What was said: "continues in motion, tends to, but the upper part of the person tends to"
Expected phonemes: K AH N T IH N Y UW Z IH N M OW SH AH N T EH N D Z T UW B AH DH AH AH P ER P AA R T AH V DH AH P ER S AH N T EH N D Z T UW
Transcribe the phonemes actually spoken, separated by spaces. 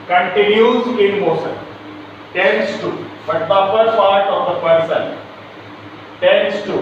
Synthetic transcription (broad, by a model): K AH N T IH N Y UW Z IH N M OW S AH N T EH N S T UW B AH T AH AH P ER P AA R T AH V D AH P ER S AH N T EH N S T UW